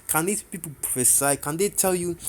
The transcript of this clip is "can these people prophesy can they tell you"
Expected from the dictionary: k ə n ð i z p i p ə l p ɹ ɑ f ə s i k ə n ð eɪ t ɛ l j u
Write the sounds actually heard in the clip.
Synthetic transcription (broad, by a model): k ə n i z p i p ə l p ɑ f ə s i k ə n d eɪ t ɛ l j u